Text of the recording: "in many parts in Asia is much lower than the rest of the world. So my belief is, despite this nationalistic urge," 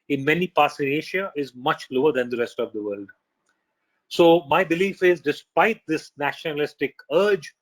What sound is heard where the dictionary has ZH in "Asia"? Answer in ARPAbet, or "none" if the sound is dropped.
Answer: SH